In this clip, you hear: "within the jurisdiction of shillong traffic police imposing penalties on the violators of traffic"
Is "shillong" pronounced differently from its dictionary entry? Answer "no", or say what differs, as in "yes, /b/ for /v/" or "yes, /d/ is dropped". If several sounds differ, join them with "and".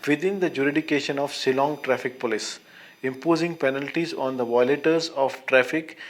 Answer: yes, /s/ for /ʃ/